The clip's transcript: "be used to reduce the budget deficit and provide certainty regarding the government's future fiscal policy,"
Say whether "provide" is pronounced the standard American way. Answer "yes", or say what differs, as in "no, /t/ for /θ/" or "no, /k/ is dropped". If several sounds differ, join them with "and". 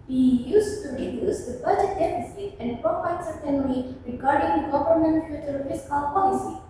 no, /p/ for /v/